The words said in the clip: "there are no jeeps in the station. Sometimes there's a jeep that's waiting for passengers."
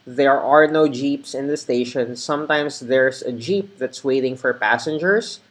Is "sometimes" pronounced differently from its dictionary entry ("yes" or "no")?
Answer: yes